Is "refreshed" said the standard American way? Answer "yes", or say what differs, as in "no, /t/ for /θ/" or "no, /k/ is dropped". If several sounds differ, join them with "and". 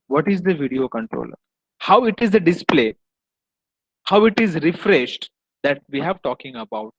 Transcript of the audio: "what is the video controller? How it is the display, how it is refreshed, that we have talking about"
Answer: yes